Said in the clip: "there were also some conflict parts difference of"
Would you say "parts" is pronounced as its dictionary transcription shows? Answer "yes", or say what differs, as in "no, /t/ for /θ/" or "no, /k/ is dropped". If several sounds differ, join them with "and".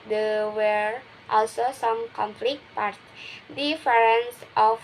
no, /s/ is dropped